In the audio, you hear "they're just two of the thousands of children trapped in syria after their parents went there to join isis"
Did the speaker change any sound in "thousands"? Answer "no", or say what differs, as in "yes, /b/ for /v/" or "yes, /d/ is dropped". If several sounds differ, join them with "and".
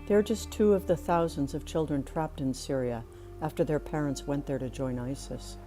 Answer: no